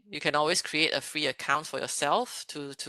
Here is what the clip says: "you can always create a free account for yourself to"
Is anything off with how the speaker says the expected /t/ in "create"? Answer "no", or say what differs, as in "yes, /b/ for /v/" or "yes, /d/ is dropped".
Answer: no